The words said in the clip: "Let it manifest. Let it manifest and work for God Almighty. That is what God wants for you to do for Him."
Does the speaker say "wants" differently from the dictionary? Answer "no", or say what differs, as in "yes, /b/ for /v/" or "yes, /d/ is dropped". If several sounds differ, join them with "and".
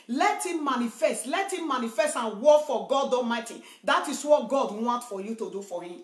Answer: yes, /s/ is dropped